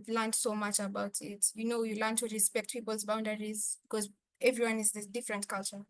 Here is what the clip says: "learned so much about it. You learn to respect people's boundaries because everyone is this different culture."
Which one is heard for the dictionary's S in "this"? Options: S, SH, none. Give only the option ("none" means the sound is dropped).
none